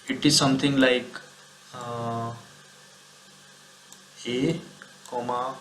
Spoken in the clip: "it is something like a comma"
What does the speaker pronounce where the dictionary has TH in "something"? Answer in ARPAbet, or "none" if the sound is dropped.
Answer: T